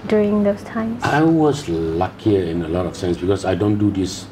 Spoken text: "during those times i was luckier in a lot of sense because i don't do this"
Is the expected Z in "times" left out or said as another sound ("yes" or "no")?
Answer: yes